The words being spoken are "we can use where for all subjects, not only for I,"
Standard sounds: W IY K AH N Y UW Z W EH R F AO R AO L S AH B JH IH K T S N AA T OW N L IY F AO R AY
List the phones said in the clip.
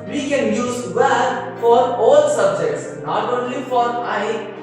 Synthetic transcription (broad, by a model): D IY K AH N Y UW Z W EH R F AO R AO L S AH B JH IH K T S N AA T OW N L IY F AO R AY